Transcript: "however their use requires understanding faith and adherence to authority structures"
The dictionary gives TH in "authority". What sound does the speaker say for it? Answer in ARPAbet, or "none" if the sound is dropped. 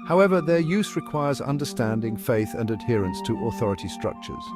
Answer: TH